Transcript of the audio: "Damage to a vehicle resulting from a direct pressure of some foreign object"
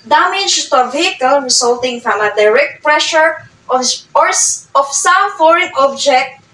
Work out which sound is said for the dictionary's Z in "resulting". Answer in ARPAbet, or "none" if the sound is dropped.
S